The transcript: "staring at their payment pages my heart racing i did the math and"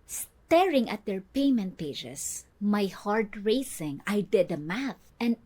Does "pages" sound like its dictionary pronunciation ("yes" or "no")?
no